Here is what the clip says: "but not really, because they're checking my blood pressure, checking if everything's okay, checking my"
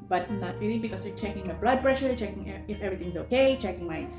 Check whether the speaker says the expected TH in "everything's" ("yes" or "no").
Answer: no